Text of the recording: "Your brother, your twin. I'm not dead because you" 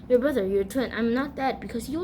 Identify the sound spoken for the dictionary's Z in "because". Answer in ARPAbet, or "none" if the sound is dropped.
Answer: S